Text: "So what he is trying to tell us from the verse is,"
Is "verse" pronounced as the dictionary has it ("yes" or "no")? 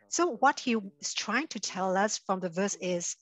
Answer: yes